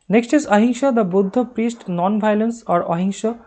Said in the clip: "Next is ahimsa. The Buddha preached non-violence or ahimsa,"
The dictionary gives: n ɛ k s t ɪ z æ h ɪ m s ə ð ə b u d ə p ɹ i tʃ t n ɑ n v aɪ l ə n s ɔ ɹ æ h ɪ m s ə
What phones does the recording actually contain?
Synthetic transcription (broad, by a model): n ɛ k s t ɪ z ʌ h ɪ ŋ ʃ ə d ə b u d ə p ɹ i s t n ɑ n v aɪ l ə n s ɔ ɹ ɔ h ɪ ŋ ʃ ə